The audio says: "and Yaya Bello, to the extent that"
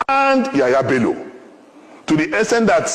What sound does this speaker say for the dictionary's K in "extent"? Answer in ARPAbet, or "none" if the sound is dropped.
none